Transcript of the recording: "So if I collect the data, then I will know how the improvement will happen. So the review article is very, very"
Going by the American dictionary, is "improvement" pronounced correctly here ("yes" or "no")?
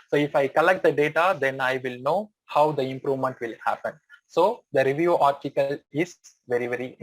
yes